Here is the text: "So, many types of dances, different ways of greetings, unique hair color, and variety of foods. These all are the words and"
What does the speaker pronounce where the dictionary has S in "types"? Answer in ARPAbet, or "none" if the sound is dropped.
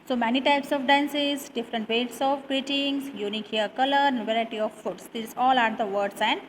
S